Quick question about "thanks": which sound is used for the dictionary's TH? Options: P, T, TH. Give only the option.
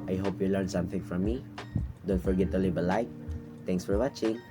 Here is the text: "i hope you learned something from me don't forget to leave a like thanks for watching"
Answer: T